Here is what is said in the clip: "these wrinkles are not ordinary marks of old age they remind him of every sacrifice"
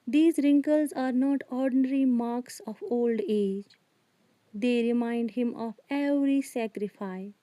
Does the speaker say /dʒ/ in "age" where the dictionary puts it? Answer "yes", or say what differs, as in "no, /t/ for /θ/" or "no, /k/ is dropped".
yes